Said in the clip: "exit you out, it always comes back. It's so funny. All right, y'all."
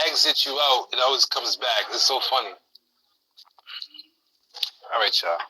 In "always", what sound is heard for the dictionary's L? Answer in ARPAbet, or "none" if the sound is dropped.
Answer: L